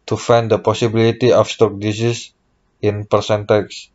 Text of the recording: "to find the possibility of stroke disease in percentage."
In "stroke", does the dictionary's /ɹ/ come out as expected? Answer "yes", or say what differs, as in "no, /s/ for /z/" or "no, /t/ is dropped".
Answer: no, /ɹ/ is dropped